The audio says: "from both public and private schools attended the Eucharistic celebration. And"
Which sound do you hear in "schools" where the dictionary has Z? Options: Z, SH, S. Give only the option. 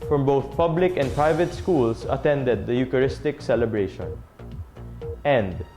S